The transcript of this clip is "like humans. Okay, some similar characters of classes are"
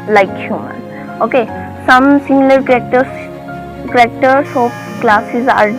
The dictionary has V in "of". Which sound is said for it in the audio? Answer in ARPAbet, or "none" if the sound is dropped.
P